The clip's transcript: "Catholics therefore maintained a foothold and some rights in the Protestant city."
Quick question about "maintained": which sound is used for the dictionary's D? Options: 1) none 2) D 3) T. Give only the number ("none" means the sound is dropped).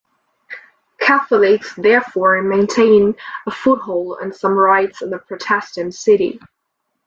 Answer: 1